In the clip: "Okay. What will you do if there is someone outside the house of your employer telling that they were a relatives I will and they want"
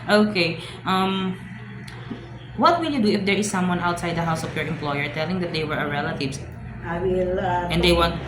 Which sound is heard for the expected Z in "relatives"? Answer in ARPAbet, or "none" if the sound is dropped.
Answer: none